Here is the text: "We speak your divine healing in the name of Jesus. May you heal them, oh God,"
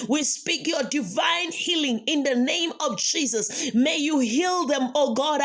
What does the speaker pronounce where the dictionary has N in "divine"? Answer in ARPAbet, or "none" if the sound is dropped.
N